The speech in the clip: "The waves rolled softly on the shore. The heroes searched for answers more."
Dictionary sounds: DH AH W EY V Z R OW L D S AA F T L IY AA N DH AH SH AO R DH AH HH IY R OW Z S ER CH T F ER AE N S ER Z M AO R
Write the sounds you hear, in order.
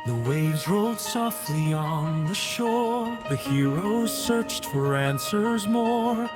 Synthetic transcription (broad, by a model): DH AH W EY V Z R OW L D S AA F T L IY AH N DH AH SH AO R DH AH HH IY R OW Z S ER CH T F ER AE N S ER Z M AO R